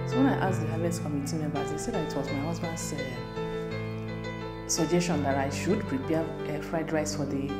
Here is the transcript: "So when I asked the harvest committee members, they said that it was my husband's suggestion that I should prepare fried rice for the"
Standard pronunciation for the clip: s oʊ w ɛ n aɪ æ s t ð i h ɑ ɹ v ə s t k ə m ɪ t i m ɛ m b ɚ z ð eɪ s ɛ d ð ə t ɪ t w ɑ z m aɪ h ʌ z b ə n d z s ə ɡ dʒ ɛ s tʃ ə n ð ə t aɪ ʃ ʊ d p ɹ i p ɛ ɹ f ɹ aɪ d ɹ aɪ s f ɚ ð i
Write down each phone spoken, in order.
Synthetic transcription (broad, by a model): s oʊ w ɛ n aɪ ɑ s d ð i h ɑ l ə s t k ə m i t i m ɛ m b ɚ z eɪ s ɛ d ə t ɪ t w ɑ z m aɪ h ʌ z b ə n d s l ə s dʒ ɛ s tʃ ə n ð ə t aɪ ʃ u d p ɹ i p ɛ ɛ f ɹ aɪ d ɹ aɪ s f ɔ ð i